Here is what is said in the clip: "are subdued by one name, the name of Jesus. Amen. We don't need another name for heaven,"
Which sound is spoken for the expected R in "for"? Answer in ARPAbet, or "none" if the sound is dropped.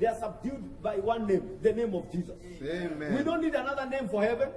R